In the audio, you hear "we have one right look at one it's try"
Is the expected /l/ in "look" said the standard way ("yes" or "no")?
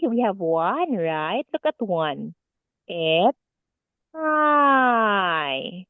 yes